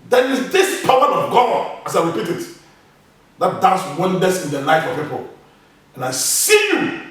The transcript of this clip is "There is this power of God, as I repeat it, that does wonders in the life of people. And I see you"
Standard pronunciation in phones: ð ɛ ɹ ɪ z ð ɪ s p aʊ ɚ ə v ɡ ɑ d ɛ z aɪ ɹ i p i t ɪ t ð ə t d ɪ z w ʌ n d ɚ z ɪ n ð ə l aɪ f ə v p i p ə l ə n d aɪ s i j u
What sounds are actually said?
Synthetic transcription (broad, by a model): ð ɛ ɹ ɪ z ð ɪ s p aʊ ɚ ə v ɡ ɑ ɑ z aɪ ɹ i p i t ɪ t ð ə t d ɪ s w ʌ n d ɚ s ɪ n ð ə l aɪ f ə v p i p ə l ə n aɪ s i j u